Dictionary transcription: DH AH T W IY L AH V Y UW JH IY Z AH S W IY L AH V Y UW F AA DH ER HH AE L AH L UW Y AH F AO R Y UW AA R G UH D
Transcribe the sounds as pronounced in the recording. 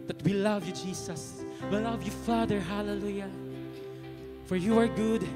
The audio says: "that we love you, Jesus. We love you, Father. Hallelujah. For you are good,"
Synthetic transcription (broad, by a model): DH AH T W IY L AH V Y UW JH IY S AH S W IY L AH V Y UW F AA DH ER HH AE L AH L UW Y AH F AO R Y UW AA R G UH D